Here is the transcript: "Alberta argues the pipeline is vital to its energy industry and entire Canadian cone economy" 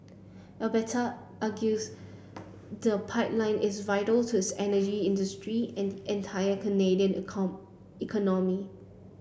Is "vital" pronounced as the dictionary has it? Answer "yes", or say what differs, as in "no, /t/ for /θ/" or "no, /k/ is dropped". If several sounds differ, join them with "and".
yes